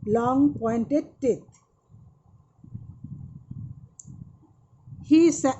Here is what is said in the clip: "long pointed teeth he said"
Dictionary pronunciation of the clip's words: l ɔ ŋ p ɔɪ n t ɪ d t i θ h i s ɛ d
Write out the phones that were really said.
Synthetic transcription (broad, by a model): l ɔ ŋ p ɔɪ n t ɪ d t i t h i s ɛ